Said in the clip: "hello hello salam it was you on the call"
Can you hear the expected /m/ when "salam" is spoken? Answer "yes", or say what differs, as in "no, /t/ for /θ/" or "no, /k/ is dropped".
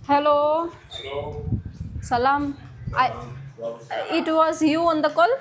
no, /m/ is dropped